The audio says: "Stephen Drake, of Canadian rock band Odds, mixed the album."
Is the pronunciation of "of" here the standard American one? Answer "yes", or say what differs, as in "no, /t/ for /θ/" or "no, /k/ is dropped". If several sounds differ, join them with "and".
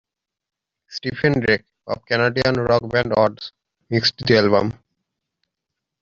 no, /b/ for /v/